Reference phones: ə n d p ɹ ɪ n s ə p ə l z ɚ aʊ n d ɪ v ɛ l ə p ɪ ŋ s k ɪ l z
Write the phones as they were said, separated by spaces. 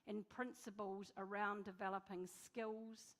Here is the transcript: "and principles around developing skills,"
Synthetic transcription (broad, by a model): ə n p ɹ ɪ n s ə p ə l z ɚ aʊ n d ɪ v ɛ l ə p ɪ ŋ s k ɪ l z